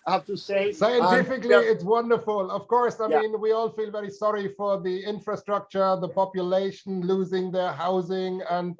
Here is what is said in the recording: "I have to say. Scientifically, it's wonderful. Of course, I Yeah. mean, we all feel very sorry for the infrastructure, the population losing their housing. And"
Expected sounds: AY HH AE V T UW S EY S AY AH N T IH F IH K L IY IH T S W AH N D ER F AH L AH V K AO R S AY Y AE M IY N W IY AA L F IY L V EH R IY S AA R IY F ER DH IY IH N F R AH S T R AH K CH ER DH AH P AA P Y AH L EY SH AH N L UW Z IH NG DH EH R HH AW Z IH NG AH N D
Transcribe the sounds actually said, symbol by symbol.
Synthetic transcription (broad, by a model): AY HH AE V T UW S EY S AY AH N T IH F IH K L IY IH T S W AH N D ER F AH L AH V K AO R S AY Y M IY N W IY AA L F IY L V EH R IY S AA R IY F ER DH IY IH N F R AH S T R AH K CH ER DH AH P AA P Y AH L EY SH AH N L UW Z IH NG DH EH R HH AW Z IH NG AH N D